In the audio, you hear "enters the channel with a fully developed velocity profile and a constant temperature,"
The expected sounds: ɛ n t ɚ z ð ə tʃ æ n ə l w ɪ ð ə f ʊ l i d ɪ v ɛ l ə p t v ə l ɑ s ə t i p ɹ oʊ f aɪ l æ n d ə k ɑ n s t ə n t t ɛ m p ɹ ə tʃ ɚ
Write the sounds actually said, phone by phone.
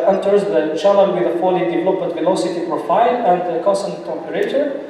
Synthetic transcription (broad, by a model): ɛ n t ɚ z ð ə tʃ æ l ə n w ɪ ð ə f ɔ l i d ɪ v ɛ l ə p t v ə l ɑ s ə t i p ɹ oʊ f aɪ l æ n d ə k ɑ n s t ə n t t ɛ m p ɹ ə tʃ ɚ